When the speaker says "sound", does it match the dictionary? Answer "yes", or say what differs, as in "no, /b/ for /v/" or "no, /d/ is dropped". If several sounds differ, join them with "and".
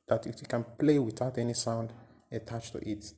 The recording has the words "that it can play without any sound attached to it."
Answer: yes